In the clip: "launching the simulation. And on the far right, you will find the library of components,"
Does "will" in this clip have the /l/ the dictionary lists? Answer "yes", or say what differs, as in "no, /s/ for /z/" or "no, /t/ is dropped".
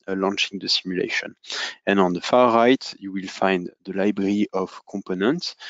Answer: yes